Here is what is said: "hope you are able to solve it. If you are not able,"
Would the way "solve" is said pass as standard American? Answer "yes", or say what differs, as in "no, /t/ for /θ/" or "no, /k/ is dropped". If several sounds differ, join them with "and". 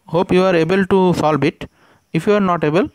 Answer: no, /b/ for /v/